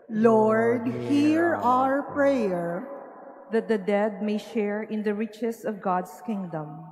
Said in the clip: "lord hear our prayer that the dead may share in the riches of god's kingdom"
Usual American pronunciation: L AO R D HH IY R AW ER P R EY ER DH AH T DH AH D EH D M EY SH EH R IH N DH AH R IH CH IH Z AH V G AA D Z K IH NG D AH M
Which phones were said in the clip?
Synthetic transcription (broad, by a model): L AO R D HH IY R AW ER P R EY ER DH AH T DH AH D EH D M EY SH EH R IH N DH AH R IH CH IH S AH V G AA D S K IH NG D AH M